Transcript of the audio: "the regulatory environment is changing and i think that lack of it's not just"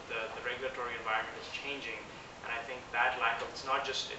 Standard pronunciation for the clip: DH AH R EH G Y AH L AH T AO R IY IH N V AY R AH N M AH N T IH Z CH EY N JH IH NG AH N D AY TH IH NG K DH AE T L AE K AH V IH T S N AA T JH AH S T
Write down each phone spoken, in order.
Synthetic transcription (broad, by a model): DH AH R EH G Y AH L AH T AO R IY IH N V AY R AH N M AH N T IH Z CH EY N JH IH NG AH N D AY TH IH NG K DH AE T L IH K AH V IH T S N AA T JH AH S T